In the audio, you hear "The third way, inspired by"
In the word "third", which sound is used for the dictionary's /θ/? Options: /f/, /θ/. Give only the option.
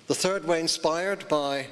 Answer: /θ/